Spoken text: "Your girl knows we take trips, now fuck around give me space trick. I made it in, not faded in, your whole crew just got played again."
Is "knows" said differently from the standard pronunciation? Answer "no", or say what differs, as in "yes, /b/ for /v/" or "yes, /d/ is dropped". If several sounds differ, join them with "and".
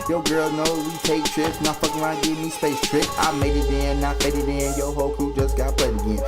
yes, /z/ is dropped